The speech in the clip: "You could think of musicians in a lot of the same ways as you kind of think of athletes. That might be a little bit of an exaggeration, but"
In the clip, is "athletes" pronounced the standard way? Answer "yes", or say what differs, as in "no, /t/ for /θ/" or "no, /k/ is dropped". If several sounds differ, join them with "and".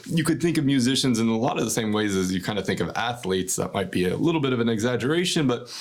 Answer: yes